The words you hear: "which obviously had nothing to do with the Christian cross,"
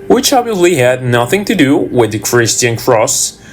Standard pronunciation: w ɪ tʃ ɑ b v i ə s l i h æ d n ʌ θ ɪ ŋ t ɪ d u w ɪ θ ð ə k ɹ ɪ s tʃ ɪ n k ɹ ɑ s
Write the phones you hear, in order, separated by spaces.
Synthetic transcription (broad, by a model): w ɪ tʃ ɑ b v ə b l i h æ d n ʌ θ ɪ ŋ t ɪ d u w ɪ ð ə k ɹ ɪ s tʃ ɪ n k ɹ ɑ s